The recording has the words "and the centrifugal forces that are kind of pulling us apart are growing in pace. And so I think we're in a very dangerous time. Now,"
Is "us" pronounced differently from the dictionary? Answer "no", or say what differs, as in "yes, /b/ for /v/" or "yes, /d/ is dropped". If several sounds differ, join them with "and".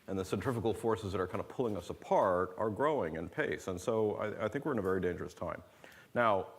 no